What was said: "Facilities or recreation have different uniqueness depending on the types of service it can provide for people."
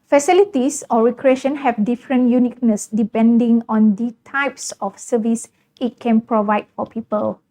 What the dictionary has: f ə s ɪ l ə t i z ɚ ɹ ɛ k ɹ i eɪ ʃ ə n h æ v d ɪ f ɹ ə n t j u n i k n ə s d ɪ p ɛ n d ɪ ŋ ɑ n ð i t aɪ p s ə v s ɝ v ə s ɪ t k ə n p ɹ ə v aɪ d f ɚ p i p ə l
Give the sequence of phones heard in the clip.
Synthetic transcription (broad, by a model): f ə s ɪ l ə t i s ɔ ɹ ɛ k ɹ i eɪ ʃ ə n h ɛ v d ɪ f ɹ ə n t j u n i k n ə s d ɪ p ɛ n d ɪ ŋ ɑ n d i t aɪ p s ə f s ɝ v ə s ɪ t k ə n p ɹ ə v aɪ d f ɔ p i p ə l